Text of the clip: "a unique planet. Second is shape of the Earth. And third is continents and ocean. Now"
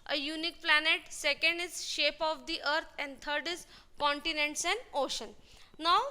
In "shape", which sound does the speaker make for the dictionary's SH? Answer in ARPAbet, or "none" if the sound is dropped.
SH